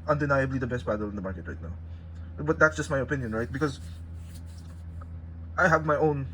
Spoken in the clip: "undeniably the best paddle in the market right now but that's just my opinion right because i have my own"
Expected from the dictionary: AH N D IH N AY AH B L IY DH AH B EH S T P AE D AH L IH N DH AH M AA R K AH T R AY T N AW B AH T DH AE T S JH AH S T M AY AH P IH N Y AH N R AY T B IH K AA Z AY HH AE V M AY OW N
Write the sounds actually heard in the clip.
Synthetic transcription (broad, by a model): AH N D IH N AY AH B L IY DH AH B EH S T B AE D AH L IH N DH AH M AA R K AH T R AY T N AW B AH T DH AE T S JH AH S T M AY AH P IH N Y AH N R AY T B IH K AA Z AY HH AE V M AY OW N